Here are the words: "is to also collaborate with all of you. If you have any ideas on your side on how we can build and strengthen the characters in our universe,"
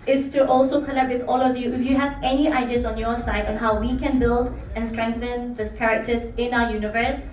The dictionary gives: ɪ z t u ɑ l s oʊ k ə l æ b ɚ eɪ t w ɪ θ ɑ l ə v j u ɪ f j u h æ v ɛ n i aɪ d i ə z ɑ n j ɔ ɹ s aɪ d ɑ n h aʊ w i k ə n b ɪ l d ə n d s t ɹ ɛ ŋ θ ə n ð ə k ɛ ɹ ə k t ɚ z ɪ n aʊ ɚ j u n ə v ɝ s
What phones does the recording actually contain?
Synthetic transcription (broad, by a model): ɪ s t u ɑ l s oʊ k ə n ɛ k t w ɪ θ ɑ l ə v j u ɪ f j u h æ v ɛ n i aɪ d i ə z ɑ n j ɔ s aɪ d ɑ n h aʊ w i k ə n b ɪ l d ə n s t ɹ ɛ ŋ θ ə n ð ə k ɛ ɹ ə k t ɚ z ɪ n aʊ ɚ j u n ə v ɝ s